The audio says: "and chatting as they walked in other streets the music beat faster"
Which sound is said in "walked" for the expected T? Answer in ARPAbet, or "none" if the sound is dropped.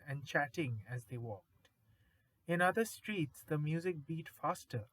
T